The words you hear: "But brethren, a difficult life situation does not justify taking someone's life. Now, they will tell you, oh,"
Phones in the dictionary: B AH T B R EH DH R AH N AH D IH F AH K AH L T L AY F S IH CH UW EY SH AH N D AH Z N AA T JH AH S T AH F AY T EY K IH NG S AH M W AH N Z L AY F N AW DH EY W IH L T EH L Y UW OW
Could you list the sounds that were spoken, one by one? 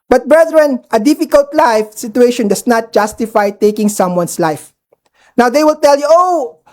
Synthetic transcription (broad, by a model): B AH T B R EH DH R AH N AH D IH F AH K AH L T L AY F S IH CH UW EY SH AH N D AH S N AA T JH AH S T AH F AY T EY K IH NG S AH M W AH N S L AY F N AW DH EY W IH L T EH L Y UW OW